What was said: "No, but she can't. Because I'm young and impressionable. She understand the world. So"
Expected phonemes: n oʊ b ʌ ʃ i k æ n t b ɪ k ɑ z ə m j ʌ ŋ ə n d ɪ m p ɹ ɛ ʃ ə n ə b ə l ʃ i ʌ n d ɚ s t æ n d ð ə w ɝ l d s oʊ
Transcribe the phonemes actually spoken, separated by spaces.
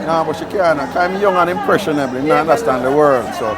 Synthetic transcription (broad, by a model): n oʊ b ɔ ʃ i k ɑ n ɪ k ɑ ə m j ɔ ŋ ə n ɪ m p ɹ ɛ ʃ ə n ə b l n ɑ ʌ n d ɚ s t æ n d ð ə w ɝ l d s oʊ